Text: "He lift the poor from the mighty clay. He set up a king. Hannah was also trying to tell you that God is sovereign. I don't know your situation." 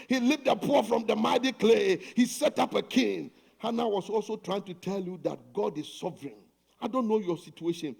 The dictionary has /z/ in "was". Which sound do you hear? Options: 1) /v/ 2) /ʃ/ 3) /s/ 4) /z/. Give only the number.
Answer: 3